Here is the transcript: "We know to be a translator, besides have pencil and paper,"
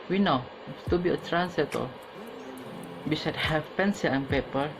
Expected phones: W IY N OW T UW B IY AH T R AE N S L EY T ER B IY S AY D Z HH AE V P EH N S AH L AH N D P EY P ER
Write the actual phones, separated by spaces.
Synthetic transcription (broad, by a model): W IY N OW T UW B IY AH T R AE N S EY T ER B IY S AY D HH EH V P EH N S AH L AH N P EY P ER